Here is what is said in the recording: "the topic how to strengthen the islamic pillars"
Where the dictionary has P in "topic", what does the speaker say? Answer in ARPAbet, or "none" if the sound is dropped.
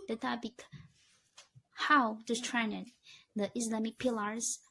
B